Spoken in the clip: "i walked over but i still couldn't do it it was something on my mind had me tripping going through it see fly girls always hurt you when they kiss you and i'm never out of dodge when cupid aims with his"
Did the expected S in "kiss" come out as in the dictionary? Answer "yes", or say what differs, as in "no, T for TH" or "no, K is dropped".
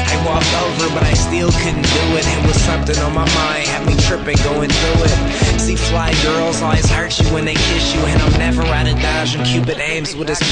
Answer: no, SH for S